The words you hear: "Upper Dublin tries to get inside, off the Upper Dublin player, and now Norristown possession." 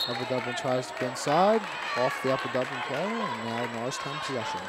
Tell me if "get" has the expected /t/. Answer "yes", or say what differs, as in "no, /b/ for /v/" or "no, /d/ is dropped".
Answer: no, /t/ is dropped